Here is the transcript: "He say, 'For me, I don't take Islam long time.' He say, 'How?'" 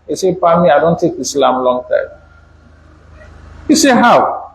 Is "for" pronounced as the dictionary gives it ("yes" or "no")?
no